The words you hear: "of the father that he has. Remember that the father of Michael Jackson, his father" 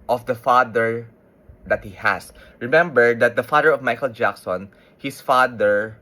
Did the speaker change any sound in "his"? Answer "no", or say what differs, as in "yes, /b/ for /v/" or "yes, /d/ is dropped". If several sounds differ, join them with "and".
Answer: yes, /s/ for /z/